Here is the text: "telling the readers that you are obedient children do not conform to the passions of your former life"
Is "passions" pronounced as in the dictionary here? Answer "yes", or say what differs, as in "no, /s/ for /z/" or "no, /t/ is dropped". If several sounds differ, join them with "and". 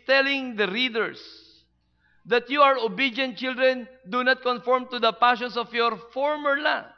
no, /s/ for /z/